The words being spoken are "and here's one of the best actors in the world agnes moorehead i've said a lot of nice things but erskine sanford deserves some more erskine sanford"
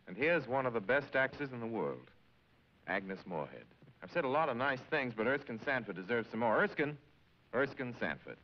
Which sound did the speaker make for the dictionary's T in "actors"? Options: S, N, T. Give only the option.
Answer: S